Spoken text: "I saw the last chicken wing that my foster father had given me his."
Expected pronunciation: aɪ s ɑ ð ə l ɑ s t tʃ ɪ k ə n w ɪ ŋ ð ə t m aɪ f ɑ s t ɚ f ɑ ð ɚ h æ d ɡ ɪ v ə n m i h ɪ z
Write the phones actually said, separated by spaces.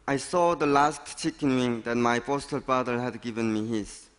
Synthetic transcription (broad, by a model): aɪ s ɑ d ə l ɑ s t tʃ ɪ k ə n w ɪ ŋ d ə t m aɪ p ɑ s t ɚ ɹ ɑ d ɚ h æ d ɡ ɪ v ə n m i h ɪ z